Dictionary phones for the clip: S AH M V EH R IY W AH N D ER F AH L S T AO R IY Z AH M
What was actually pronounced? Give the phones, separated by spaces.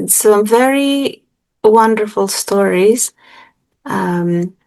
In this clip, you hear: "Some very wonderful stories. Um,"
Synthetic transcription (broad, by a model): S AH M V EH R IY W AH N D ER F AH L S T AO R IY Z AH M